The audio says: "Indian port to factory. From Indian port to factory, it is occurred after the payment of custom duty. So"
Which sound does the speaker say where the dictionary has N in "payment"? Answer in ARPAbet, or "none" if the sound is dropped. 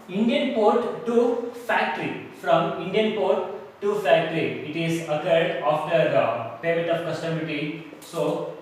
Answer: none